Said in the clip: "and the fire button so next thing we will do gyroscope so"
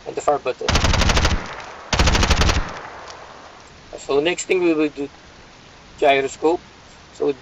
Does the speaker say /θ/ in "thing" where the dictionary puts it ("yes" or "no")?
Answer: no